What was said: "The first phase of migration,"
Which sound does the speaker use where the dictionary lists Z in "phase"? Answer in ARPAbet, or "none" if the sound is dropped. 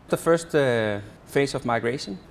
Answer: S